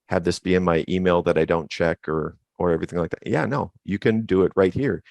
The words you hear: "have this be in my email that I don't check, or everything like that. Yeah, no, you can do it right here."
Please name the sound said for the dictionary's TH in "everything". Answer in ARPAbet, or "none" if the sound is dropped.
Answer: TH